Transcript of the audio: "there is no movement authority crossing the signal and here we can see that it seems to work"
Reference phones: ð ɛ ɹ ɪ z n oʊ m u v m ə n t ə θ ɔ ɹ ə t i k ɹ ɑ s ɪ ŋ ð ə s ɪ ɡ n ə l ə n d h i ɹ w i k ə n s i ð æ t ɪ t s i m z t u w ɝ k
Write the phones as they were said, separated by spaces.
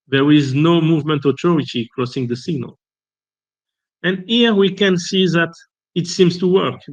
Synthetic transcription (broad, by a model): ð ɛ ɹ ɪ z n oʊ m u v m ə n t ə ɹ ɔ ə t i k ɹ ɑ s ɪ ŋ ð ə s ɪ ɡ n ə l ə n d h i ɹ w i k ə n s i ð æ t ɪ t s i m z t u w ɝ k